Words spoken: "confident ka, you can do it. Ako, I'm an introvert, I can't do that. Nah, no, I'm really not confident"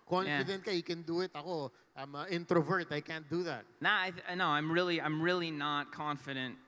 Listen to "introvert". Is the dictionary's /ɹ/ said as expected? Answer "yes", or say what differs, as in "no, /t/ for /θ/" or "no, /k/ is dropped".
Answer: yes